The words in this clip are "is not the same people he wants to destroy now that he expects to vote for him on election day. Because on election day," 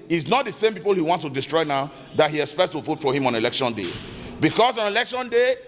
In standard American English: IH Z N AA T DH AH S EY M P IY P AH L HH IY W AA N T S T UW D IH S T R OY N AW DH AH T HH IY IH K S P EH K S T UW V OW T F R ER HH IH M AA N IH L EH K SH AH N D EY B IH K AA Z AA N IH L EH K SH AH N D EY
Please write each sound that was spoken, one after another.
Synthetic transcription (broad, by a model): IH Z N AA T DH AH S EY M P IY P AH L HH IY W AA N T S T UW D IH S T R OY N AW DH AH T HH IY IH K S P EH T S T UW F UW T F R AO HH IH M AA N IH L EH K SH AH N D EY B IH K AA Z AA N IH L EH K SH AH N D EY